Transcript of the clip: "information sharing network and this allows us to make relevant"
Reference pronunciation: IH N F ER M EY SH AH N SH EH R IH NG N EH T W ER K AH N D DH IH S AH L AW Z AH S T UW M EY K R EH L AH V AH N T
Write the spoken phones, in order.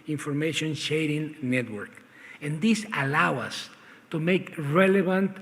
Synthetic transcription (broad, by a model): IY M F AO M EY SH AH N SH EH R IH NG N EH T W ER K AH N D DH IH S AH L AW AH S T UW M EY K R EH L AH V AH N T